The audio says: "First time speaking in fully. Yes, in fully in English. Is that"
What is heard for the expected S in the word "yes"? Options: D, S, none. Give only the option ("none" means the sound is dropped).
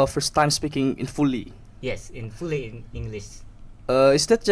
S